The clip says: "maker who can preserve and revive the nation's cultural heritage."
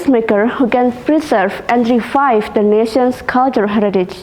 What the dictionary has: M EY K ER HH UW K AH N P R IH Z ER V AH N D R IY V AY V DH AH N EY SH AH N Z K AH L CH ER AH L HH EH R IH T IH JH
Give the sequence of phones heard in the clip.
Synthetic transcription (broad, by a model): M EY K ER HH UW K AH N P R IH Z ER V AH N D R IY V AY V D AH N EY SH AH N S K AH L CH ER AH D HH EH R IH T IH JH